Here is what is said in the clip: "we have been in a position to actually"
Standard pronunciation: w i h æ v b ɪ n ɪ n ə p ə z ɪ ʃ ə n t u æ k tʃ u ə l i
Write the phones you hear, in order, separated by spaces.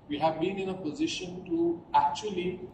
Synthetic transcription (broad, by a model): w i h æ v b ɪ n ɪ n ə p ə z ɪ ʃ ə n t u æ k tʃ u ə l i